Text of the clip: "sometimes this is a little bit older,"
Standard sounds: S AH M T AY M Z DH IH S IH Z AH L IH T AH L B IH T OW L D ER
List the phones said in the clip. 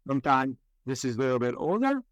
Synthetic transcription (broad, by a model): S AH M T AY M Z DH IH S IH Z AH L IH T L B IH T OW L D ER